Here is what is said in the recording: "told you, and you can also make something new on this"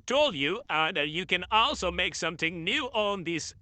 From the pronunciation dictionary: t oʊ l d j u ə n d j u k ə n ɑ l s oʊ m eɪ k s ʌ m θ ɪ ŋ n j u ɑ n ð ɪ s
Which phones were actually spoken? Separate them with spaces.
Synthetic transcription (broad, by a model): t oʊ l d j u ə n j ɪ k ə n ɑ l s oʊ m eɪ k s ʌ m θ ɪ ŋ n j u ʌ n ð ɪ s